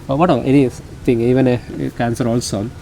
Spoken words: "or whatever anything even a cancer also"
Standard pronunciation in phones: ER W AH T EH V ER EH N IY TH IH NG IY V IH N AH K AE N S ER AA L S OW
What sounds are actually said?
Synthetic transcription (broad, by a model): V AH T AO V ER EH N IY T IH NG IY V IH N AH K AE N S ER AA L S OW